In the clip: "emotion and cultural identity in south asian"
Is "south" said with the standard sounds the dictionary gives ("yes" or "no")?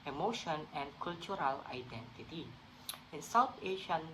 no